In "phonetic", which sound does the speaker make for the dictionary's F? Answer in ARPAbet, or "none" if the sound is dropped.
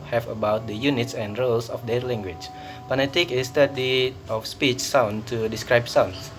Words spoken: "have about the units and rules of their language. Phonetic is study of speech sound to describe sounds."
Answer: P